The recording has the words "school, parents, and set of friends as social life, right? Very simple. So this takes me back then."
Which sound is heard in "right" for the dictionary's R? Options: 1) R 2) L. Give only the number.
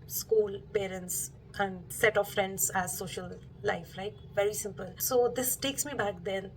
2